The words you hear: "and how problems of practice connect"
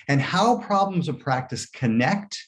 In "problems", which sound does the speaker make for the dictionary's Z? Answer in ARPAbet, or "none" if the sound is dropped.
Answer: Z